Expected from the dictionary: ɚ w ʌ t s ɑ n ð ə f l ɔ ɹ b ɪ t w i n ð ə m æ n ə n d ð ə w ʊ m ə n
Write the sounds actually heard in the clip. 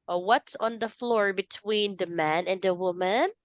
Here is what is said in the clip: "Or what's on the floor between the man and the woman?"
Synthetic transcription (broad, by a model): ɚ w ʌ t s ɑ n ð ə f l ɔ ɹ b ɪ t w i n ð ə m æ n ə n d ð ə w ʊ m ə n